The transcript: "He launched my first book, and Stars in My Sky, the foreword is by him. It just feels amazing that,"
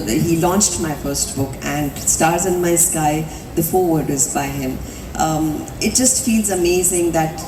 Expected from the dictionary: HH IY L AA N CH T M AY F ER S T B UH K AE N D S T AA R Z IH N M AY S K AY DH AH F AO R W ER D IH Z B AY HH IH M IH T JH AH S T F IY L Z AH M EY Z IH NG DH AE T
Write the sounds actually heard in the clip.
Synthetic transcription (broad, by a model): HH IY L AA N CH T M AY F ER S T B UH K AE N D S T AA R Z IH N M AY S K AY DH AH F AO R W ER D IH Z B AY HH IH M IH T JH AH S T F IY L Z AH M EY Z IH NG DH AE T